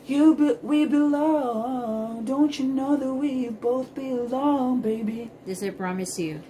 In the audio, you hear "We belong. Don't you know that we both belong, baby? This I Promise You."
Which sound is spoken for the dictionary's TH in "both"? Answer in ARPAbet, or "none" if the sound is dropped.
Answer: TH